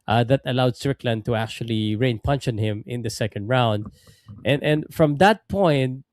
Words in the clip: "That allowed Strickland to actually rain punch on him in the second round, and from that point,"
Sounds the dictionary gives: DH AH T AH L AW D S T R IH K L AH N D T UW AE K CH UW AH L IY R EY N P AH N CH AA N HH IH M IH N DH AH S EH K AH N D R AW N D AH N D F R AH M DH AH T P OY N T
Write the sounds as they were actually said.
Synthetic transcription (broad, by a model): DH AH T AH L AW D S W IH K L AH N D T UW AE K CH UW AH L IY R EY N P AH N SH AA N HH IH M IH N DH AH S EH K AH N D R AW N D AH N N F R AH M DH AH T P OY N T